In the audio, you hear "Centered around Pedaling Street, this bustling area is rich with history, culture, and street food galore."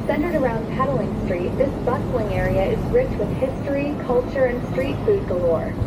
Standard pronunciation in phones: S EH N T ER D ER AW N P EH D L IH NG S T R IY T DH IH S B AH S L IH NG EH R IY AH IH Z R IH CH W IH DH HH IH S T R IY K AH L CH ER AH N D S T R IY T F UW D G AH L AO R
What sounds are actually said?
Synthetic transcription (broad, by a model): S EH N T ER D ER AW N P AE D L IH NG S T R IY T DH IH S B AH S L IH NG EH R IY AH IH Z R IH CH W IH DH HH IH S T R IY K AH L CH ER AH N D S T R IY T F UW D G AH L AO R